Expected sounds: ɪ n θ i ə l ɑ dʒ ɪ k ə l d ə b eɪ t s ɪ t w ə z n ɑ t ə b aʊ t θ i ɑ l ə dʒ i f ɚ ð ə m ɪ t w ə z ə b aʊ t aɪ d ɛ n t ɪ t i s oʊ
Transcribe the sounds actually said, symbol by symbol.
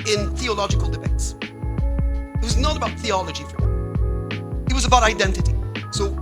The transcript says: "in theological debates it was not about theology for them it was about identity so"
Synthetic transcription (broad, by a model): ɪ n θ i ə l ɑ dʒ ɪ k ə l d ə b eɪ t s ɪ t w ə z n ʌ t ə b aʊ t θ i ɑ l ə dʒ i f ɚ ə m ɪ t w ə z ə b aʊ t aɪ d ɛ n t ɪ t i s oʊ